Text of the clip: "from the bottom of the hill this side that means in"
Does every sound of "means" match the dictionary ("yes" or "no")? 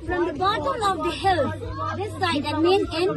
no